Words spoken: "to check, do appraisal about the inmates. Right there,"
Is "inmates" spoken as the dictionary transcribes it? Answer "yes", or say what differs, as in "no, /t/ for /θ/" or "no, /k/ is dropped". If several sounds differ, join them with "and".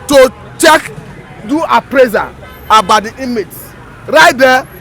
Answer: no, /n/ is dropped